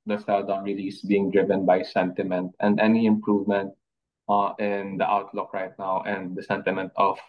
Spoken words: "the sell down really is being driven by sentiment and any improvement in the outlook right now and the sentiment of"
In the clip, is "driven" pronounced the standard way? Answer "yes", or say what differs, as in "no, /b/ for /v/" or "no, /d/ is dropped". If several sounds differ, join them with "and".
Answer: yes